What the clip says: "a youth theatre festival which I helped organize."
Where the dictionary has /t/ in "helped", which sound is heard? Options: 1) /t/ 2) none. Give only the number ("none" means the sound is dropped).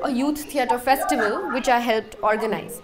1